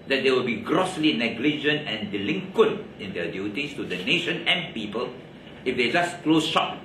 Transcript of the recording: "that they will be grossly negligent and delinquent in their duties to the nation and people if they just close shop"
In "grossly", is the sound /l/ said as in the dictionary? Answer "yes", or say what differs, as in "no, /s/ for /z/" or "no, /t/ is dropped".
yes